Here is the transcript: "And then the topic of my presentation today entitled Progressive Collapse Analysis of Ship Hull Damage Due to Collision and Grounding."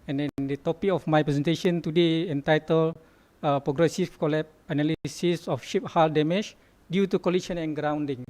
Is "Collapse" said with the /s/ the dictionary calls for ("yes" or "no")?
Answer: no